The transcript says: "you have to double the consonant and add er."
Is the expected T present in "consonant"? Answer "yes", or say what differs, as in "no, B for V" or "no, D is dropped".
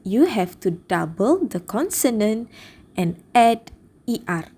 yes